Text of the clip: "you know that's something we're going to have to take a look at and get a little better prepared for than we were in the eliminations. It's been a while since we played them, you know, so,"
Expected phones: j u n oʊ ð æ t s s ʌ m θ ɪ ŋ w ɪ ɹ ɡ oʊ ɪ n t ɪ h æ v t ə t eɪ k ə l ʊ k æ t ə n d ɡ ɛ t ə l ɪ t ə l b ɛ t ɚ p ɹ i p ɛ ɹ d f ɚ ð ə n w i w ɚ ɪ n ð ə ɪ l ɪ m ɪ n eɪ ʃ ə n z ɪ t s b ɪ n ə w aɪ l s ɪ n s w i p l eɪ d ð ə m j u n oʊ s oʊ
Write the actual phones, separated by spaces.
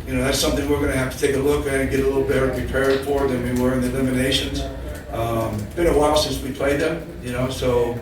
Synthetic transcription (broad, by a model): j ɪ n oʊ ð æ t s s ʌ m θ ɪ ŋ w ɪ ɹ ɡ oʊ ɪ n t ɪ h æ f t ə t eɪ k ə l ʊ k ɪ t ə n ɡ ɛ t ə l ɪ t l b ɛ t ɚ p ɹ i p ɛ ɹ d f ɚ ð ə n w i w ɚ ɪ n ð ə ɪ l ɪ m ɪ n eɪ ʃ ə n z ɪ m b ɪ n ə w aɪ l s ɪ n s w i p l eɪ d ð ə m j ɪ n oʊ s oʊ